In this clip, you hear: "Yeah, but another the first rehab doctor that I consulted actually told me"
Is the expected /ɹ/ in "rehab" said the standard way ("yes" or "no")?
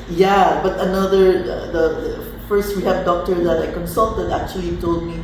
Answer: no